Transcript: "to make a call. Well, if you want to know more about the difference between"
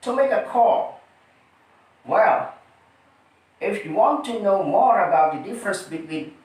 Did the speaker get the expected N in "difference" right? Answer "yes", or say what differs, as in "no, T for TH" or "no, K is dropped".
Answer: yes